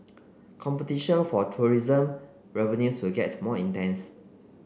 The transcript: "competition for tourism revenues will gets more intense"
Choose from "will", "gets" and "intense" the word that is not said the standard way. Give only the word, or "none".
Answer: gets